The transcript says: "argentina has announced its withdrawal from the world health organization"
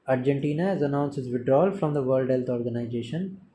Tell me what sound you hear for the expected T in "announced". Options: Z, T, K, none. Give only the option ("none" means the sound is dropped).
none